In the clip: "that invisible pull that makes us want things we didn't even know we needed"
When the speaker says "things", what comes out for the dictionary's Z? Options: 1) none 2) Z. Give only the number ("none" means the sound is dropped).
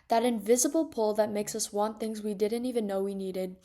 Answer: 2